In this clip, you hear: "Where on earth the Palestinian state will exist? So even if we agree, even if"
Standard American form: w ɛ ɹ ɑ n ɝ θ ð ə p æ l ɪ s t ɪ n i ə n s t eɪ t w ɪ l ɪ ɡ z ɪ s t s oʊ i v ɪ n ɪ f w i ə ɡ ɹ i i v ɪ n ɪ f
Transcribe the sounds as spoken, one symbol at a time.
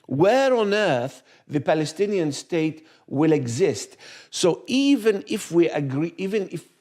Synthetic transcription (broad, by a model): w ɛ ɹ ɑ n ɝ θ ð ə p æ l ɪ s t ɪ n i ə n s t eɪ t w ɪ l ɪ ɡ z ɪ s t s oʊ i v ɪ n ɪ f w i ə ɡ ɹ i i v ɪ n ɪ f